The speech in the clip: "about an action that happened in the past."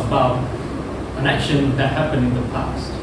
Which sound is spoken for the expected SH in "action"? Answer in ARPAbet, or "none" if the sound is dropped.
SH